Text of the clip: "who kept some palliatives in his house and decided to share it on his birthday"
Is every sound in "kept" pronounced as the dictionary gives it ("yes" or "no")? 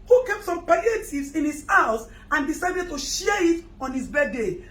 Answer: yes